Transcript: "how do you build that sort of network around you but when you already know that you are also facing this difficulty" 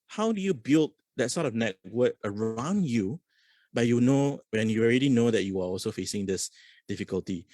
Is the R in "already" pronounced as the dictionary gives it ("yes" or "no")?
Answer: yes